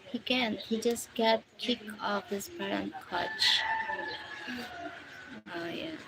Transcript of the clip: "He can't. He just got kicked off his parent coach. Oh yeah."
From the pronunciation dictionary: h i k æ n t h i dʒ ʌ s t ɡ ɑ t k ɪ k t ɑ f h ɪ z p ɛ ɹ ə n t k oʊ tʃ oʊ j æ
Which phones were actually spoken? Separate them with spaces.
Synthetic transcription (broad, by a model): h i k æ n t h i dʒ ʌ s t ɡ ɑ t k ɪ k ɑ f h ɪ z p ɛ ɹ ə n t k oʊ tʃ oʊ j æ